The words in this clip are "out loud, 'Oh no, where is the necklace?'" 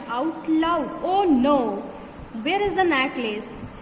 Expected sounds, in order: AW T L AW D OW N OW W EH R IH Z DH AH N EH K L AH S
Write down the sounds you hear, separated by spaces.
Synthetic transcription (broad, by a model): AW T L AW OW N OW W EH R IH Z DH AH N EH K L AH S